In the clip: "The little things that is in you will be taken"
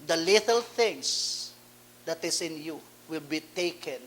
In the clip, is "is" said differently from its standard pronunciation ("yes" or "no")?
yes